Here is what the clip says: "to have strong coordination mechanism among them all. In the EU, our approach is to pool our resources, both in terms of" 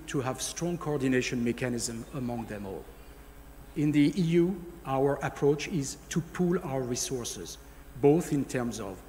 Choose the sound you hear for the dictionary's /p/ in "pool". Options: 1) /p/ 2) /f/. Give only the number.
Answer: 1